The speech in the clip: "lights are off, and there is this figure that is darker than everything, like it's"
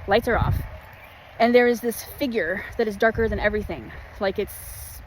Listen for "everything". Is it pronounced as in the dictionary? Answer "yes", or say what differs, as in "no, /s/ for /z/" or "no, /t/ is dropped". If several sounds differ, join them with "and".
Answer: yes